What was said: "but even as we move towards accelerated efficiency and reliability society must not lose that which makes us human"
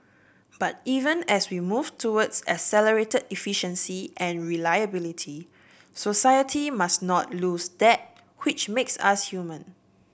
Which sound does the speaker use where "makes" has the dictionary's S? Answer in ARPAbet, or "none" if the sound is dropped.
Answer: S